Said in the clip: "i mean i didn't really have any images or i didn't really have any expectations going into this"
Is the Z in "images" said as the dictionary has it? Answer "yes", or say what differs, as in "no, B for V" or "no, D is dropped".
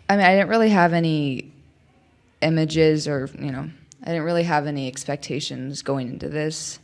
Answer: yes